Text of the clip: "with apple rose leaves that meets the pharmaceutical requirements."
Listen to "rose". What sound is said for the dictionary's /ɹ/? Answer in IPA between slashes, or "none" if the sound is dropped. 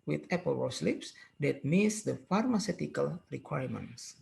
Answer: /w/